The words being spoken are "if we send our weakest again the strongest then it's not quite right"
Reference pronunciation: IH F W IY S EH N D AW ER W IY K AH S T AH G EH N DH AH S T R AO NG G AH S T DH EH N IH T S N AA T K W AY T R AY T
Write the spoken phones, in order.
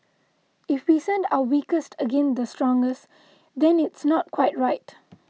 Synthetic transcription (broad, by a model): IH F W IY S EH N D AW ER W IY K AH S T AH G EH N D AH S T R AO NG G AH S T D EH N IH T S N AA T K W AY T R AY T